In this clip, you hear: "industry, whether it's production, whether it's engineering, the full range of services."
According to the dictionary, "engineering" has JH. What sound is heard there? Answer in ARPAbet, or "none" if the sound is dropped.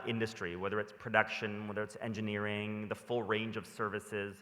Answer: JH